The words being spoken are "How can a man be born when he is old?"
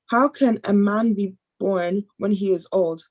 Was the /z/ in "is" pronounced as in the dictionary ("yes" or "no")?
yes